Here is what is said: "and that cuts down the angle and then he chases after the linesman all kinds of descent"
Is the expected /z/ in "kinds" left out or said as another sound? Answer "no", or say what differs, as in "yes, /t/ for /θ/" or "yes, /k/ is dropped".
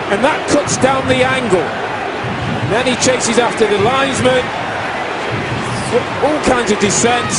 no